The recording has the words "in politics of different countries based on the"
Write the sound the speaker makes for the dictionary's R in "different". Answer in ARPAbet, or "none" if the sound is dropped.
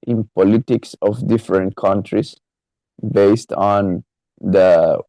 R